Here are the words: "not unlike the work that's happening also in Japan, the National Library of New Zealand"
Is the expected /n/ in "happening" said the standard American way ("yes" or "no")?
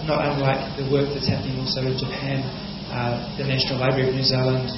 yes